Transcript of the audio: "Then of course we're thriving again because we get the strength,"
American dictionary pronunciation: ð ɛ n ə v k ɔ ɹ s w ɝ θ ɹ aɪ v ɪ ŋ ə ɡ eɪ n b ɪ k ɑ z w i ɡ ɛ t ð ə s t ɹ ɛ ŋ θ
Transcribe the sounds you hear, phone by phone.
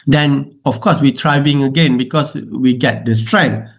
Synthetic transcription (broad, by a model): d ɛ n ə f k ɔ s w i t ɹ aɪ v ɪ ŋ ə ɡ eɪ n b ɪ k ɑ s w i ɡ ɛ t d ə s t ɹ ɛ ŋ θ